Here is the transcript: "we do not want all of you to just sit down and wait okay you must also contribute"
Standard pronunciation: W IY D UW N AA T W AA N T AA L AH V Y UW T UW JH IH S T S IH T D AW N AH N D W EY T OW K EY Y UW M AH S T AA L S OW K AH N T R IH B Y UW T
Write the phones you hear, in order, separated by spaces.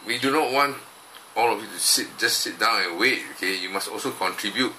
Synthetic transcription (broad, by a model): W IY D UW N AA T W AA N T AA L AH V Y UW T UW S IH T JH S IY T D AW N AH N W EY T OW K EY Y UW M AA S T AA L S OW K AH N T R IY B Y UW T